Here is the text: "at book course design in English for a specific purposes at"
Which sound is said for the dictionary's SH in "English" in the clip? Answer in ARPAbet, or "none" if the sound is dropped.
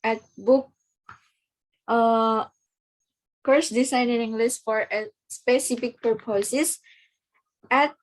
S